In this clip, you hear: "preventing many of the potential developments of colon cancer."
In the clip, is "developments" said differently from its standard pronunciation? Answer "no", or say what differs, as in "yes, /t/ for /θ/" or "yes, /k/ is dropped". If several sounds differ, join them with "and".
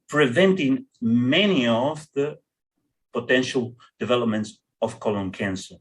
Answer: no